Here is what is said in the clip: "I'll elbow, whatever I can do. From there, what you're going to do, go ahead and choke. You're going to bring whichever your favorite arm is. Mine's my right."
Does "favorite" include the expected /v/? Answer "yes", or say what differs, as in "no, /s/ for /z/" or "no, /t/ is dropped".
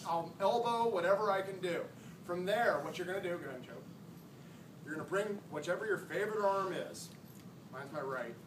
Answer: yes